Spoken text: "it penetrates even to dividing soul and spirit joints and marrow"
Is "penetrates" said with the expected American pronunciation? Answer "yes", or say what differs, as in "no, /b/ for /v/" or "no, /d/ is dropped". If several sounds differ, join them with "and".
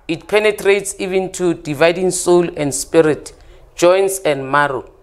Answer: yes